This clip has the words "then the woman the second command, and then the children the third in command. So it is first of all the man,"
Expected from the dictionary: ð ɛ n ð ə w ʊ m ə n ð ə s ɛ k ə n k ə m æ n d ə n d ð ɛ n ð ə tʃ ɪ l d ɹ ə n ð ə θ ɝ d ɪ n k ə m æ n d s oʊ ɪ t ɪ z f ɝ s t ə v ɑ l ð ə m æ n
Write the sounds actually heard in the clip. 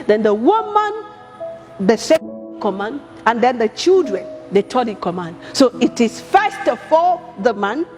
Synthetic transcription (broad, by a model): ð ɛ n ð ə w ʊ m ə n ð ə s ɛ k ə k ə m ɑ n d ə n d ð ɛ n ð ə tʃ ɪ l d ɹ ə n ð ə t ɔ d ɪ k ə m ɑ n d s oʊ ɪ t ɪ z f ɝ s t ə f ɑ ð ə m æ n